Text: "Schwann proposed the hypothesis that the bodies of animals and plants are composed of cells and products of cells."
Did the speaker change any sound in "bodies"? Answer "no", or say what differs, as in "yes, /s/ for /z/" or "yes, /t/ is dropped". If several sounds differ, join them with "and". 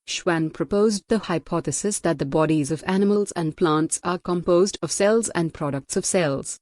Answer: no